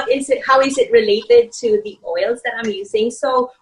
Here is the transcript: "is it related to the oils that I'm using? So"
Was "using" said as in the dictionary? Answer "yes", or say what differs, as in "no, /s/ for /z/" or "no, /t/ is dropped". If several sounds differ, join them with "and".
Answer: yes